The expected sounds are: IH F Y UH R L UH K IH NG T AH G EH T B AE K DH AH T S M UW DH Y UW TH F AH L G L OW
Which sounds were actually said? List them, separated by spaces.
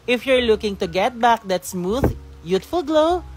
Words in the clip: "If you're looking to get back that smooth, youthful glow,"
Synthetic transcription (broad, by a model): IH F Y UH R L UH K IH NG T AH G EH T B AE K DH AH T S M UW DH Y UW T F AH L G L OW